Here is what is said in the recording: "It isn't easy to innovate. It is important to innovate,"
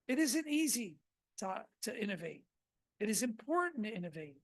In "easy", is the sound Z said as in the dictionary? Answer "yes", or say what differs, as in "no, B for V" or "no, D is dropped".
yes